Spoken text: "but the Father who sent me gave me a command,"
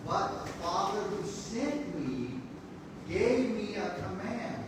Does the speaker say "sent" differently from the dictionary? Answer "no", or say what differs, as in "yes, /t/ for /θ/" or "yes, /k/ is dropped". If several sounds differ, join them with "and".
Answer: yes, /n/ is dropped